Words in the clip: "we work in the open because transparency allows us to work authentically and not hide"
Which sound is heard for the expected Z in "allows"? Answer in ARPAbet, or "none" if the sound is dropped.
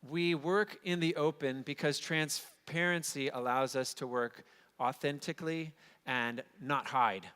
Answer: Z